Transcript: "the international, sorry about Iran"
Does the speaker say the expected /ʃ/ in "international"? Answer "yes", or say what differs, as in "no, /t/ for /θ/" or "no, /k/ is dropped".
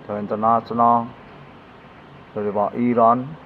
no, /s/ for /ʃ/